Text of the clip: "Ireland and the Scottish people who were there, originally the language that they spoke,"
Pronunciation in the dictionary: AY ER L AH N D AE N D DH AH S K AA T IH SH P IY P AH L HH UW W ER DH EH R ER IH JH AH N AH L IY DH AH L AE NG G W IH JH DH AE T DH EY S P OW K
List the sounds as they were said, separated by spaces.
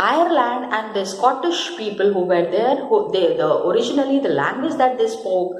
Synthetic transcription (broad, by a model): AY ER L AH N D AE N D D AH S K AA T IH SH P IY P AH L HH UW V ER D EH R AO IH JH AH N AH L IY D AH L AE NG G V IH JH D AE T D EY S P OW K